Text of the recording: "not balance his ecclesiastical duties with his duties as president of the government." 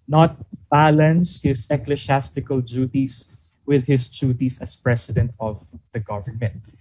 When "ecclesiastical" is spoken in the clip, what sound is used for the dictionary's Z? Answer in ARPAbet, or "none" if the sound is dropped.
S